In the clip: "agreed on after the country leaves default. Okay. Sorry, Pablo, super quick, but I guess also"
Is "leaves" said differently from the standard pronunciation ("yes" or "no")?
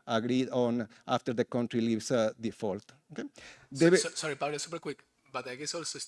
yes